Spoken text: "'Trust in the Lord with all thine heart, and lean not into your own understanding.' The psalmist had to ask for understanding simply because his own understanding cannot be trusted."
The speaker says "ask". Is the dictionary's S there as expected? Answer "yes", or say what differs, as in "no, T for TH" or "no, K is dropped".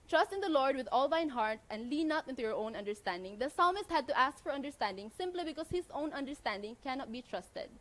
yes